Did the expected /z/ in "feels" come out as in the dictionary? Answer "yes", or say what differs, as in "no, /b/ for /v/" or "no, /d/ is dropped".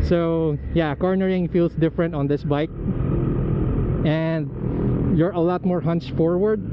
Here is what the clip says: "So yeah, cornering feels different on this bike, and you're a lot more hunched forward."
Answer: no, /s/ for /z/